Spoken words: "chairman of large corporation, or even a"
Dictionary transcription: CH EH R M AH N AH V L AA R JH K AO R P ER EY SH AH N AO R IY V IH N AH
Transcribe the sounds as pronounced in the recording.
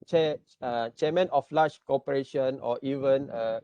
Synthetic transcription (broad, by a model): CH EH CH M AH N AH F L AA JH K AO P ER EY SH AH N AO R IY V IH N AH